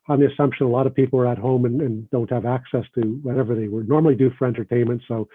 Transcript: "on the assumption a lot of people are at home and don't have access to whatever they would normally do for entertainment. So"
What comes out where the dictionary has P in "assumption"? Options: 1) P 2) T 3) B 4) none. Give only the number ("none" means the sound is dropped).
1